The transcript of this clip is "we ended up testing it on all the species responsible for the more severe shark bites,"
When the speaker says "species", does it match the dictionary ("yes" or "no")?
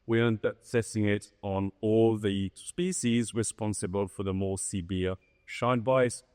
yes